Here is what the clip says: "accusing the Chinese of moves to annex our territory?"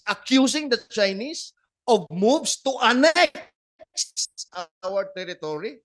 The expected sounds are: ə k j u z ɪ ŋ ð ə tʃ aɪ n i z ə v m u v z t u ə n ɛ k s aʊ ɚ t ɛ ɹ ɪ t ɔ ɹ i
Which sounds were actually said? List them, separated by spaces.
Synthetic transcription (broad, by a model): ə k j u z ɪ ŋ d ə tʃ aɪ n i s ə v m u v s t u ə n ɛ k s aʊ ɚ t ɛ ɹ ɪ t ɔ ɹ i